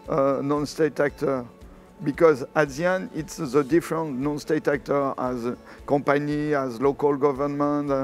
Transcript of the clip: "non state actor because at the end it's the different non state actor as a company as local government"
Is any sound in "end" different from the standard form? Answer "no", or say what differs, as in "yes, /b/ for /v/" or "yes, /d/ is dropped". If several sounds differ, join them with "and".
yes, /d/ is dropped